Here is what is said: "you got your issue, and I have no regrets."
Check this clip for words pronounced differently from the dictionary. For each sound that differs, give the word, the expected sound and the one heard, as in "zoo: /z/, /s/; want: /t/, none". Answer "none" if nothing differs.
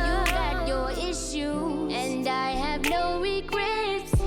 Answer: none